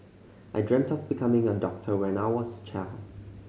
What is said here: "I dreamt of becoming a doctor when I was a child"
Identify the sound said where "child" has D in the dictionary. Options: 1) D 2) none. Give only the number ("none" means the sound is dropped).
2